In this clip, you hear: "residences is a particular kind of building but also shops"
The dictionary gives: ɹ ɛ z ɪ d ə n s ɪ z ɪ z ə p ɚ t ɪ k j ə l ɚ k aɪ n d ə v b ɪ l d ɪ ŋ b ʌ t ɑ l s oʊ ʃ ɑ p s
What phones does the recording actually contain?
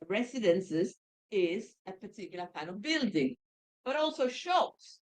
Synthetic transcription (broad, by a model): ɹ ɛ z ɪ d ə n s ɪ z ɪ z ə p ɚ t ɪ k j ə l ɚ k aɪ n ə v b ɪ l d ɪ ŋ b ʌ t ɑ l s oʊ ʃ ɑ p s